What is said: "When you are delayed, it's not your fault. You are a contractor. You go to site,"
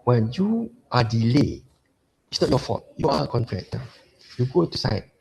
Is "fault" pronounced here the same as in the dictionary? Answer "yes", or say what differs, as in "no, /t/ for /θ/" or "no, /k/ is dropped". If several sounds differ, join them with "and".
no, /l/ is dropped